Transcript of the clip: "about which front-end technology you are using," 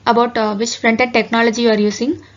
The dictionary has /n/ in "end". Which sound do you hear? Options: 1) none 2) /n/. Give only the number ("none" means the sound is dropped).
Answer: 1